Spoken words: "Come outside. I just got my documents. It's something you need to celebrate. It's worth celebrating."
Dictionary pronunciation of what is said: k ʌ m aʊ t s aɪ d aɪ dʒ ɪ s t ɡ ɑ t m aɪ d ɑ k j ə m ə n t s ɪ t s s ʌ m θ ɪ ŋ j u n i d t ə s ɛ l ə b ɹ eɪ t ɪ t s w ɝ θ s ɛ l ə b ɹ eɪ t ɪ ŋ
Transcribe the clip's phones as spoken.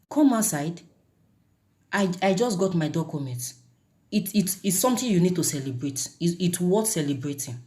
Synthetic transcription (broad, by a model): k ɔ m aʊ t s aɪ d aɪ dʒ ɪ s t ɡ ɑ t m aɪ d ɑ k j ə m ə n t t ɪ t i s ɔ m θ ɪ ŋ j u n i d t ə s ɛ l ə b ɹ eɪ t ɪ t w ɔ t s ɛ l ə b ɹ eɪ t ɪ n